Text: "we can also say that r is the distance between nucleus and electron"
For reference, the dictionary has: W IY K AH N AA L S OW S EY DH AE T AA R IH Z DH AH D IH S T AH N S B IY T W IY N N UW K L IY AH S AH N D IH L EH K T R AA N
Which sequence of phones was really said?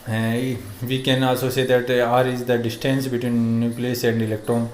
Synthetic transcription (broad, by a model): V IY K AH N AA S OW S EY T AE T AA R IH Z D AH D IH S T AH N S B IY T W IY N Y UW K L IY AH S AH N D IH L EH K T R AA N